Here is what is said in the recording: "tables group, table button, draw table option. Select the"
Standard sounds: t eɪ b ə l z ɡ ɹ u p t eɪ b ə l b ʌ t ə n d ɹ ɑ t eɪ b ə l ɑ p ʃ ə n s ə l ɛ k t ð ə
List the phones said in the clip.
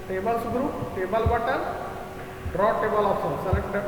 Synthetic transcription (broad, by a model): t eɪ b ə l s ɡ ɹ u p t eɪ b ə l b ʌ t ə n d ɹ ɑ t eɪ b ə l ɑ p s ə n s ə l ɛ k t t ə